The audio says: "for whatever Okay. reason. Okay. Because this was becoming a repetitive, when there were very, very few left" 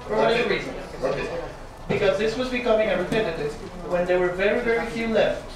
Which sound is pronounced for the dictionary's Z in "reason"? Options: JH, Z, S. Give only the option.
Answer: Z